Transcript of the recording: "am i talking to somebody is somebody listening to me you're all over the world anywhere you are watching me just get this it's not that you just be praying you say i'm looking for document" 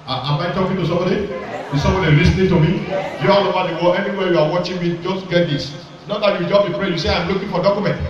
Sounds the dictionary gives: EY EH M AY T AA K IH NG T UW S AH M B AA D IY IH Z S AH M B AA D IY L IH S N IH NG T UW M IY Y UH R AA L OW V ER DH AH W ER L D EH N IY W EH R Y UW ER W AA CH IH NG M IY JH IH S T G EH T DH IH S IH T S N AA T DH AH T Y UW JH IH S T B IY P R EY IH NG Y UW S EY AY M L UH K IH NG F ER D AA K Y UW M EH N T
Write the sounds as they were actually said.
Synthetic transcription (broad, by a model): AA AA M AY T AA K IH NG T UW S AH M B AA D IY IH S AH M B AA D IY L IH S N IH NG T UW M IY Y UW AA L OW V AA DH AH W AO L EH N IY W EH Y UW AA W AA CH IH NG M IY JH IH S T G EH T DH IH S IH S N AA T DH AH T Y UW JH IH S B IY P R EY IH Y UW S EY AY M L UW K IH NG F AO D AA K Y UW M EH N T